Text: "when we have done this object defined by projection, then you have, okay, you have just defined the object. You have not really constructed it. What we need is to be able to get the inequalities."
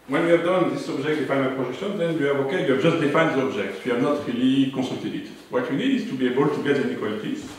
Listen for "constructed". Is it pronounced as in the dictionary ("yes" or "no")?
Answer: no